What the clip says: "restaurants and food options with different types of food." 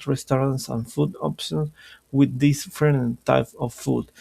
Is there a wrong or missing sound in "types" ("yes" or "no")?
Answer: yes